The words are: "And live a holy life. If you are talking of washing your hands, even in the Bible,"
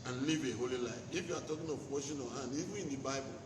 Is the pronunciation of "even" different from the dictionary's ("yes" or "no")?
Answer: yes